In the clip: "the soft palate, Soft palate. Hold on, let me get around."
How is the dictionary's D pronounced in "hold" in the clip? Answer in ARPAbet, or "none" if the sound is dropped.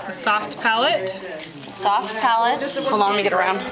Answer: none